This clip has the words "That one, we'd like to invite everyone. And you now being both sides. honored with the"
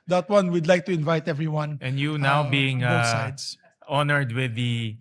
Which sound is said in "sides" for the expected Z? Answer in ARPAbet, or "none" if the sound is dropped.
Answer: S